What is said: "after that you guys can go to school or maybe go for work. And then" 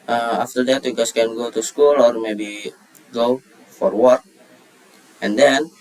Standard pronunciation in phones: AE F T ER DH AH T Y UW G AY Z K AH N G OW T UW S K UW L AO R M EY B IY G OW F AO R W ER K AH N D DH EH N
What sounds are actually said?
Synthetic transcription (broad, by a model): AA F T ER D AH T Y UW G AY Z K AH N G OW T UW S K UW L AO R M EY B IY G OW F AO R W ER K AH N D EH N